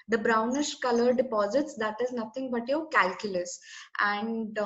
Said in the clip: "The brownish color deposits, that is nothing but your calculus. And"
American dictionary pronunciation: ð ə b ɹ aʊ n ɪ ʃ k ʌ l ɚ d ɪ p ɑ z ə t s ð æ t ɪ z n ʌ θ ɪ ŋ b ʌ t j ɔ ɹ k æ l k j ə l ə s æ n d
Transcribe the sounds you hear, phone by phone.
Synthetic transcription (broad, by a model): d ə b ɹ aʊ n ɪ ʃ k ʌ l ɚ d ɪ p ɑ z ə t s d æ t ɪ z n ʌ t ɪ ŋ b ʌ t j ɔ k æ l k j ə l ə s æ n d